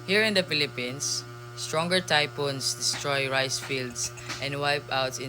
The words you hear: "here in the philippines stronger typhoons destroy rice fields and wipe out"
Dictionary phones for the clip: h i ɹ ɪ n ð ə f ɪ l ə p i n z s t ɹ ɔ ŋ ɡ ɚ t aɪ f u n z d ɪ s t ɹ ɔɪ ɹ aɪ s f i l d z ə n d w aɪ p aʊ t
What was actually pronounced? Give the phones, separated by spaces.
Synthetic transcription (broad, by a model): h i ɹ ɪ n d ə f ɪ l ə p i n s t ɹ ɔ ŋ ɡ ɚ t aɪ p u n s d ɪ s t ɹ ɔɪ ɹ aɪ s f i l d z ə n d w aɪ p aʊ t